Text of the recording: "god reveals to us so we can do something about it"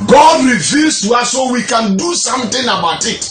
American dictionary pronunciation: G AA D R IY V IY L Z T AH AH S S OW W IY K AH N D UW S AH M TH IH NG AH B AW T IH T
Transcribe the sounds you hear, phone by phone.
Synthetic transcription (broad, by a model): G AA D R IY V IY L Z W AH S S OW W IY K AH N D UW S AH M T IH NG AH B AW T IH T